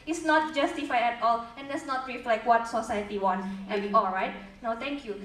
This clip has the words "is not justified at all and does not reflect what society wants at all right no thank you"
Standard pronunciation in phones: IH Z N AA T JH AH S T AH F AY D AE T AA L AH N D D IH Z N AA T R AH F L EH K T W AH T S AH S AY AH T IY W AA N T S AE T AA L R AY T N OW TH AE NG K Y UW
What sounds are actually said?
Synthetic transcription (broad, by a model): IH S N AA T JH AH S T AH F AY EH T AA L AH N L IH S N AA T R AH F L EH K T W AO T S AH S AY AH T IY W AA N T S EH AA L R AY T N OW T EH NG K Y UW